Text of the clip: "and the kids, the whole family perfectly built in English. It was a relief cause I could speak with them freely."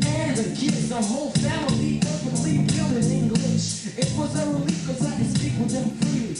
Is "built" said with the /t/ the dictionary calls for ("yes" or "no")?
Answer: no